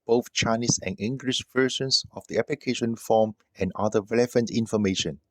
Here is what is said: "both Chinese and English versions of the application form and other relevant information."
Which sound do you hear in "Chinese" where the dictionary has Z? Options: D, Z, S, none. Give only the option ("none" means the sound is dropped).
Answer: S